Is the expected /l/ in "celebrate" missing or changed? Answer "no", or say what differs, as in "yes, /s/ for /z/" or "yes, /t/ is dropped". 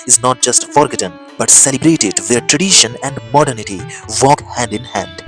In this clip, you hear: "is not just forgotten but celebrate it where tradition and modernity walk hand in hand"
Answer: no